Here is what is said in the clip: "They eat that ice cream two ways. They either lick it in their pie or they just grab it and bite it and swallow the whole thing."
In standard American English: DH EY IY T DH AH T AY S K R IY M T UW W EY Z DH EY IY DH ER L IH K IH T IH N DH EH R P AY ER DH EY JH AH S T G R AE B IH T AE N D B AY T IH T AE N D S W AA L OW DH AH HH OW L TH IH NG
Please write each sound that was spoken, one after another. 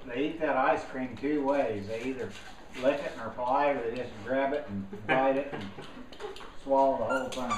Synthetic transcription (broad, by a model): DH EY IY T DH AH T AY S K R IY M T UW W EY Z DH EY IY DH ER L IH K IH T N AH R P AY ER DH EY JH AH S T G R AE B IH T N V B AY T IH T N S W AA L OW DH AH HH OW L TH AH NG